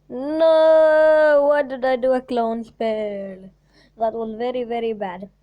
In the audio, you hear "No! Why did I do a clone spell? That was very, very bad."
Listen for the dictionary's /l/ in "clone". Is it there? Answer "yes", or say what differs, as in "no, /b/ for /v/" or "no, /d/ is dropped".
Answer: yes